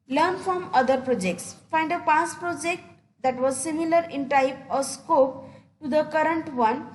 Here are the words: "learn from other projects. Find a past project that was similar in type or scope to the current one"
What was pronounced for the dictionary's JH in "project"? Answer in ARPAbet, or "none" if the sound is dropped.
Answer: JH